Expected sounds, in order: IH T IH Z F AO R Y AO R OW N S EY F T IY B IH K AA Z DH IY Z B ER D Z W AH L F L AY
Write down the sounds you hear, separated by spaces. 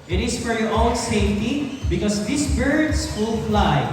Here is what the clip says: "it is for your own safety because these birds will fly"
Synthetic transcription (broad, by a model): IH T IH S F AO R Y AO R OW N S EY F T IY B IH K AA S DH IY S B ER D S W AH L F L AY